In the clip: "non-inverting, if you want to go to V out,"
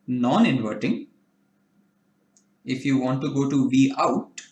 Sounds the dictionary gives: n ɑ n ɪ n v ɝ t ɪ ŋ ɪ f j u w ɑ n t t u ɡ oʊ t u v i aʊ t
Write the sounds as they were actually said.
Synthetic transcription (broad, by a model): n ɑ n ɪ n v ɝ t ɪ ŋ ɪ f j u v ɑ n t t u ɡ oʊ t u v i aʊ t